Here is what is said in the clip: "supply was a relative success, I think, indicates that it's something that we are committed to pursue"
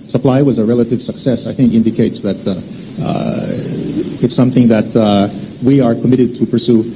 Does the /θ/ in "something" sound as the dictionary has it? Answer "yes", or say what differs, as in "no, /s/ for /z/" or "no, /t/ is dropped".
yes